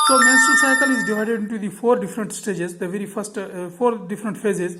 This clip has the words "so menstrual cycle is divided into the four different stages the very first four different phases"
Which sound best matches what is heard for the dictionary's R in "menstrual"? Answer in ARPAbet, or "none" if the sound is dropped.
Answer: none